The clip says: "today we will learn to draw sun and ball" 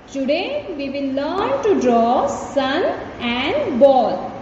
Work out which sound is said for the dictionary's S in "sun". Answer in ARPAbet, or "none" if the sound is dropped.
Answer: S